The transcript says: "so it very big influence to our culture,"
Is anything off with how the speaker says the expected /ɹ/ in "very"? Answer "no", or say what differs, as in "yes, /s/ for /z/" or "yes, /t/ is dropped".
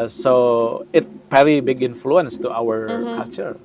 yes, /l/ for /ɹ/